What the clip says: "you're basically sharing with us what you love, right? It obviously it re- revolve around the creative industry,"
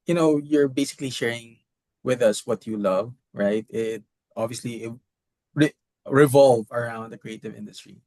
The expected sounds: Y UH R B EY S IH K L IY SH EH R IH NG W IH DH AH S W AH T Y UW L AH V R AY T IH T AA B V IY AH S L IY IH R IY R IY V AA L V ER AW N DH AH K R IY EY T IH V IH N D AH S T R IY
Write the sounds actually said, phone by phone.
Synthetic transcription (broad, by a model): Y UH R B EY S IH K L IY SH EH R IH NG W IH DH AH S W AH T Y UW L AH V R AY T IH T AA B V IY AH S L IY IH R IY R IY V AA L V ER AW N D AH K R IY EY T IH V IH N D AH S T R IY